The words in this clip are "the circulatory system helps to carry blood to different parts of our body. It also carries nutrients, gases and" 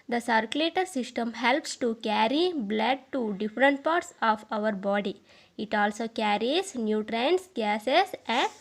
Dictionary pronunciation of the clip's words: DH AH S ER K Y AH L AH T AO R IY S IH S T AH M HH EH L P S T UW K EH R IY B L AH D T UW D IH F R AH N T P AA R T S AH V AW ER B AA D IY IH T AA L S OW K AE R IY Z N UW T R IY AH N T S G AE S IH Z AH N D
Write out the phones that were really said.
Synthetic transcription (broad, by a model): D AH S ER K Y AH L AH T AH R S IH S T AH M HH EH L P S T UW K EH R IY B L AH D T UW D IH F R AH N T P AA R T S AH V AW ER B AA D IY IH T AA L S OW K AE R IY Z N UW T R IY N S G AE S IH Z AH N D